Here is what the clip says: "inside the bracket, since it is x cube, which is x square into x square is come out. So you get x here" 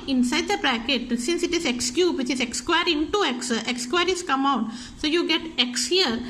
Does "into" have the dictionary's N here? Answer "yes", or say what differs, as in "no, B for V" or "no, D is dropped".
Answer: no, N is dropped